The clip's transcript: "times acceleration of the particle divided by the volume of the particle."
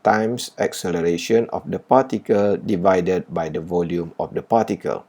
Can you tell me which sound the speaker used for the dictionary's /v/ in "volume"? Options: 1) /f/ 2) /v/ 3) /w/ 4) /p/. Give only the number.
2